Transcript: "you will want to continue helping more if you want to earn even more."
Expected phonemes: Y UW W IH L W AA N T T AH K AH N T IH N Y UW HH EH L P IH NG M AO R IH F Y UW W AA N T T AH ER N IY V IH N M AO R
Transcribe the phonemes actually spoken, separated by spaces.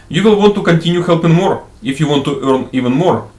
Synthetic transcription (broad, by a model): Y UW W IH L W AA N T T AH K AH N T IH N Y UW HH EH L P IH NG M AO R IH F Y UW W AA N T T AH ER N IY V IH N M AO R